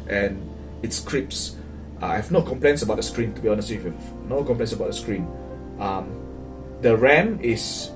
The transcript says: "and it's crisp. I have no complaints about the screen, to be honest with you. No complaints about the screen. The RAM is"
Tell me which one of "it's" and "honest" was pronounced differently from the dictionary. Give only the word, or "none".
none